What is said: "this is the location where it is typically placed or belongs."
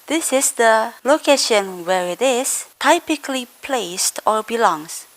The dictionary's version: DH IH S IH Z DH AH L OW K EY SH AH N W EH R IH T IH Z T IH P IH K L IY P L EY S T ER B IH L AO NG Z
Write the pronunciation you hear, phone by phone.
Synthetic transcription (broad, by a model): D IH S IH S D AH L OW K EY SH AH N W EH R IH T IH S T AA P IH K L IY P L EY S T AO B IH L AO NG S